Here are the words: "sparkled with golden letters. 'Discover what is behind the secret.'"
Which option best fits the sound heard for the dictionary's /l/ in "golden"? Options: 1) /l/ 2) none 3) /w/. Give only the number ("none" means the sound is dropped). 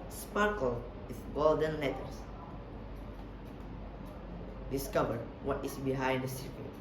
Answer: 1